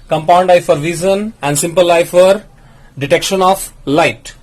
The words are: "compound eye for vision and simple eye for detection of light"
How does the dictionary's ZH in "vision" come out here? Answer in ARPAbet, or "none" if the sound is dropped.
Z